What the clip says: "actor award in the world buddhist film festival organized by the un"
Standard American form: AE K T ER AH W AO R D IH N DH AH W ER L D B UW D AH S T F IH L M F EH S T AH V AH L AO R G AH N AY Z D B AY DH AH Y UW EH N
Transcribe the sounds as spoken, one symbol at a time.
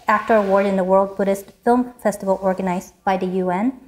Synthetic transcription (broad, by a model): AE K T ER AH W AO R D IH N DH AH W ER L D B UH D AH S T F IH L M F EH S T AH V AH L AO R G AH N AY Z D B AY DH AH Y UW EH N